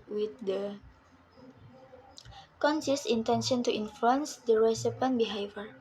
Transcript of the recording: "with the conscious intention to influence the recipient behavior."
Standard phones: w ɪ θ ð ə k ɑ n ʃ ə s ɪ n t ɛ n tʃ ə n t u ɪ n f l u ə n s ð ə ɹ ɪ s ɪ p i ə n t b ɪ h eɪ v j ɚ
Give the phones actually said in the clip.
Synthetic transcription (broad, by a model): w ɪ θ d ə k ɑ n s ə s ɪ n t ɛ n ʃ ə n t u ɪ n f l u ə n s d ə ɹ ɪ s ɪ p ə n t b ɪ h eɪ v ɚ